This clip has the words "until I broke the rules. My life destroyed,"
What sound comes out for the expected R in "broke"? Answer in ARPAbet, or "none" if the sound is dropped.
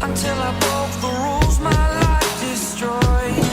none